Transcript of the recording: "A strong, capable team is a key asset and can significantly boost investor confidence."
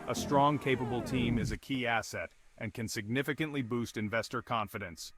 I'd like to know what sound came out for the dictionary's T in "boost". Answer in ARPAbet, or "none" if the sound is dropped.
T